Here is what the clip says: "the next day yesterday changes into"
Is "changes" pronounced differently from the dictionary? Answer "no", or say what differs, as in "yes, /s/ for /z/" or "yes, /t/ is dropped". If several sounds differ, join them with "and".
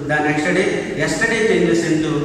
yes, /dʒ/ is dropped and /s/ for /z/